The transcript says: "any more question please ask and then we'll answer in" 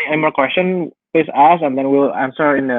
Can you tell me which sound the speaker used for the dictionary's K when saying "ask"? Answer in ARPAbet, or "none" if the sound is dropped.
none